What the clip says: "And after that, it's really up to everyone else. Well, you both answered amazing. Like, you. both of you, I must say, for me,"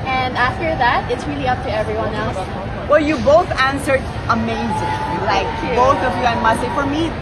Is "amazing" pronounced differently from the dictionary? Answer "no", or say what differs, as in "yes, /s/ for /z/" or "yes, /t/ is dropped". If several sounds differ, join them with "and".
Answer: no